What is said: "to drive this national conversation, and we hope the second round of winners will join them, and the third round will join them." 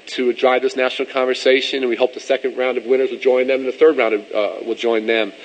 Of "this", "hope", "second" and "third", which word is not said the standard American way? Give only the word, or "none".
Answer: none